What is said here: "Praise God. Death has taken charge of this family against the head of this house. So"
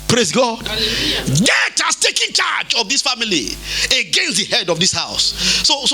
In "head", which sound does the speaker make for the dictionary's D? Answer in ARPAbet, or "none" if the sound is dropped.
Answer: D